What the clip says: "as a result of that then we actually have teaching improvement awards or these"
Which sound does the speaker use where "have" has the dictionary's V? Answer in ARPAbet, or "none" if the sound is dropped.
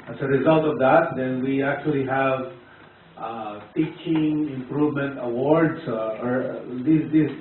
V